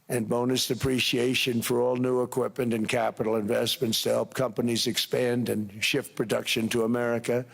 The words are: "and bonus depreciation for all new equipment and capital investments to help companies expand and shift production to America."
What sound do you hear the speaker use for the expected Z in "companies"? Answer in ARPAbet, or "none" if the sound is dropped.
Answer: Z